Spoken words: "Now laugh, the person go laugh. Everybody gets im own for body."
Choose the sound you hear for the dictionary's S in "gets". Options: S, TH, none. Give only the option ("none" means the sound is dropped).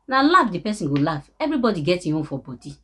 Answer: none